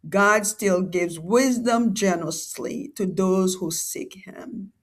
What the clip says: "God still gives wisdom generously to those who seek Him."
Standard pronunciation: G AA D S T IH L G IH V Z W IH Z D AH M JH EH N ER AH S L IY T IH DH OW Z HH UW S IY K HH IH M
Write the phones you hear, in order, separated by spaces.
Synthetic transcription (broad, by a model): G AA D S T IH L G IH V Z W IH Z D AH M JH EH N ER AH S L IY T IH DH OW Z HH UW S IY K HH IH M